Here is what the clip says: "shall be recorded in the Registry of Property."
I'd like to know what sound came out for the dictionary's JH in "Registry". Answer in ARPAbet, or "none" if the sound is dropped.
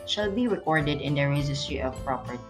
Z